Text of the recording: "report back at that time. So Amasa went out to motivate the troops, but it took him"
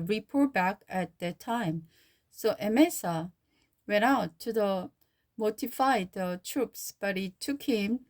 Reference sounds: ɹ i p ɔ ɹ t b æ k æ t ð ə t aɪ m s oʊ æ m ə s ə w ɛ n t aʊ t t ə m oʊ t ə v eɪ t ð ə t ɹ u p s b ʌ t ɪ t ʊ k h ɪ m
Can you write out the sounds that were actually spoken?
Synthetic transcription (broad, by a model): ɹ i p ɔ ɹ b æ k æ t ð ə t aɪ m s oʊ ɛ m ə s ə w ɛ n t aʊ t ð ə m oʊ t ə f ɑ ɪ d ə t ɹ u p s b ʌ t ɪ t ʊ k h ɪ m